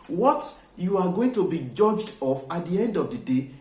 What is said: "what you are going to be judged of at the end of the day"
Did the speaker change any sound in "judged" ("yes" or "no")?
no